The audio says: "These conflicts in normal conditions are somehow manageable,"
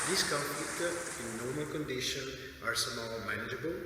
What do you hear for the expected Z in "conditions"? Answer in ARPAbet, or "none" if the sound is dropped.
none